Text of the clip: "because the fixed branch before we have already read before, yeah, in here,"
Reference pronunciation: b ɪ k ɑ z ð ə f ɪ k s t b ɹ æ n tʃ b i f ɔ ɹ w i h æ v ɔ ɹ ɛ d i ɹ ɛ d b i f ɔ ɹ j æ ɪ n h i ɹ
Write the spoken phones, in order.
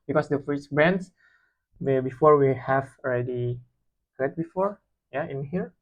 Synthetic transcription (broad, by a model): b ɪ k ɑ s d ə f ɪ s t b ɹ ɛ n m b i f ɔ ɹ w i h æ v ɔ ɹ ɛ d i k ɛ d b i f ɔ ɹ j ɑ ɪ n h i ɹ